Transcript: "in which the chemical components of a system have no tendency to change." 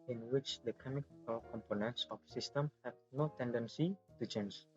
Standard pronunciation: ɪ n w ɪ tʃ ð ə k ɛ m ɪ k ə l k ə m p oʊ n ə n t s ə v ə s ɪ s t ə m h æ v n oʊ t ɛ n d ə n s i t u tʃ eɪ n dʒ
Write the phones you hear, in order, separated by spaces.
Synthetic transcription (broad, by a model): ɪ n w ɪ tʃ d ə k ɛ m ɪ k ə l k ə m p oʊ n ə n t s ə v s ɪ s t ə m h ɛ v n oʊ t ɛ n d ə n s i t u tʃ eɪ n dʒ